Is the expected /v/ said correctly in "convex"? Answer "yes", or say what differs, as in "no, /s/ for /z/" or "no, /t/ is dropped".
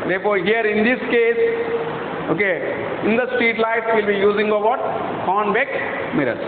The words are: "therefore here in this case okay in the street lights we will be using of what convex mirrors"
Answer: no, /b/ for /v/